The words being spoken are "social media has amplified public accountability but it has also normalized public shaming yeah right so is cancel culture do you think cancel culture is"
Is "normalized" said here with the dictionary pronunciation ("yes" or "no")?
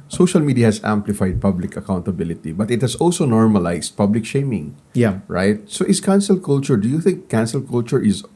no